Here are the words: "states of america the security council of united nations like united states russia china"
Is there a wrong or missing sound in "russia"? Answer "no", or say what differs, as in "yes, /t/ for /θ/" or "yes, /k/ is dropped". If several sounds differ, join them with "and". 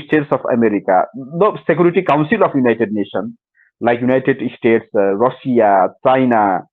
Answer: yes, /s/ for /ʃ/